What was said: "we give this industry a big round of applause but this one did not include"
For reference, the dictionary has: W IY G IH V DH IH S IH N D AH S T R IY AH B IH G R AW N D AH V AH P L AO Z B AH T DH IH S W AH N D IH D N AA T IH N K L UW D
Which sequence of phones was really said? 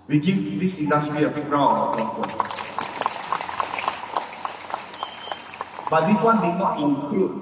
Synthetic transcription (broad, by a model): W IY G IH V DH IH S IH N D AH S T R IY AH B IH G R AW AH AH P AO B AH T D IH S W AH N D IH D N AA T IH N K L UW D